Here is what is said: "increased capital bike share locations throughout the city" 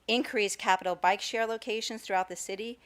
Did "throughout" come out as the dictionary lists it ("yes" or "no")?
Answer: yes